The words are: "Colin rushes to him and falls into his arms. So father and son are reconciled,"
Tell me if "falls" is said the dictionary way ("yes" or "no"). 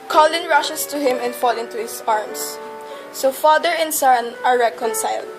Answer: no